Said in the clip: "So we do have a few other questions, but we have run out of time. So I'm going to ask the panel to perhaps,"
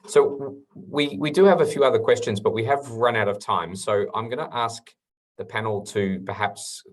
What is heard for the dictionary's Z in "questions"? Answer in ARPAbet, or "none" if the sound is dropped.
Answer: Z